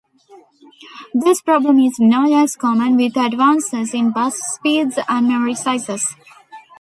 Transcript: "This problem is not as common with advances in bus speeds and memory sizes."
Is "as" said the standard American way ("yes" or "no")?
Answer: no